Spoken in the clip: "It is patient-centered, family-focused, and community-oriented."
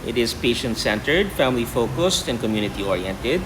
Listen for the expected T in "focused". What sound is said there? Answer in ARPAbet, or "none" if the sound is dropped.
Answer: T